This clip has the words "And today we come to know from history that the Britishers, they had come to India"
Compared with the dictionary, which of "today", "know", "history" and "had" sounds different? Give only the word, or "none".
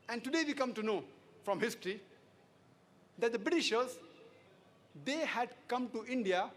none